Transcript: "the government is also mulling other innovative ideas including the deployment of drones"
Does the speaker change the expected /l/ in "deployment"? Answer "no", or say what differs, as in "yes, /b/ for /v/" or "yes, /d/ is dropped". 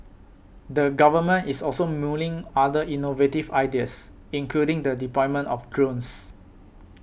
yes, /l/ is dropped